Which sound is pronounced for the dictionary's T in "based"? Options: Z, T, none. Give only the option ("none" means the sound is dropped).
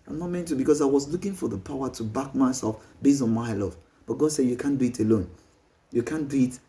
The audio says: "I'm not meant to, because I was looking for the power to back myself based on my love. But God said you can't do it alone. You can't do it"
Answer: none